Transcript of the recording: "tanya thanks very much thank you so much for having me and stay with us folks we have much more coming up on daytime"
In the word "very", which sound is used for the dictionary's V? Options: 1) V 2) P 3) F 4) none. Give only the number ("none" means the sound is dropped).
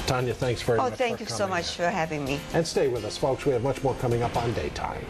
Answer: 3